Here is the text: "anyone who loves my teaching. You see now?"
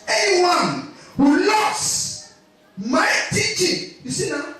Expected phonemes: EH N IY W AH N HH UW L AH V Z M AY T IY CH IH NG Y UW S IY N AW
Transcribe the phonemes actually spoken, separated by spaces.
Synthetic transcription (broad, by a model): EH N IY W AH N HH UW L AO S M AY T IY CH IH NG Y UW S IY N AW